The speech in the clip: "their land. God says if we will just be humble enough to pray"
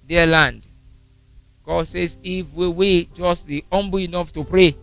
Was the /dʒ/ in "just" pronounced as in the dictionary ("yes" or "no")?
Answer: yes